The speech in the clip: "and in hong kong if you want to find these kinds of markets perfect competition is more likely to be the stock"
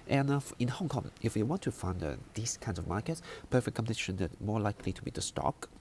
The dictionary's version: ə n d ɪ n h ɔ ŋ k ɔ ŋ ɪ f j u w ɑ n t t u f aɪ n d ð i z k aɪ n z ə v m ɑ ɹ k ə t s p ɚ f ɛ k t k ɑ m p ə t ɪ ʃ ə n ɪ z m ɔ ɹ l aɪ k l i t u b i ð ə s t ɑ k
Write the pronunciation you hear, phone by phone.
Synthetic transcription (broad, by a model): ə n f ɪ n h ɔ ŋ k ɔ ŋ ɪ f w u w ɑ n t t u f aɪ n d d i s k aɪ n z ə v m ɑ k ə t s p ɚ f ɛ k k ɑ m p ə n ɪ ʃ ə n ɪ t m ɔ l aɪ k l i t u b i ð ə s t ɑ k